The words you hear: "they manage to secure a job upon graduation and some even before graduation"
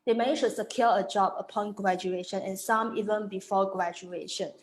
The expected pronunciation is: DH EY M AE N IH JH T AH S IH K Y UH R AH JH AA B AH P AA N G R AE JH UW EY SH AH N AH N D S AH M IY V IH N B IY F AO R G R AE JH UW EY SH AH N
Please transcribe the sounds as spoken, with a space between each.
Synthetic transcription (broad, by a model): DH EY M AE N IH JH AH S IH K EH L AH JH AA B AH P AA N G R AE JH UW EY SH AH N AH N S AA M IY V IH N B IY F AO G R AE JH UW EY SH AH N